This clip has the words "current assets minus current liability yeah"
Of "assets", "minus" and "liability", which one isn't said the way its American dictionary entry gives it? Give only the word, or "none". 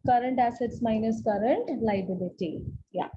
none